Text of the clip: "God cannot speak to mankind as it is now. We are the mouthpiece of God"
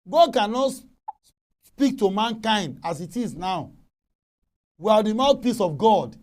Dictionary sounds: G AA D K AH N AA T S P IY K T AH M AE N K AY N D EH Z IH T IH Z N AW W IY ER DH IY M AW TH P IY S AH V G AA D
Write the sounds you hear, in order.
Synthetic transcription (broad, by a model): G AA D K AH N AA T S P IY K T AH M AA N K AY N D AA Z IH T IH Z N AW W IY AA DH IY M AW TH P IY S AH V G AA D